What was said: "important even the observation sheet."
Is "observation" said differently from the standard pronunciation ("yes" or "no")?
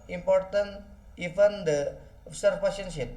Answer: yes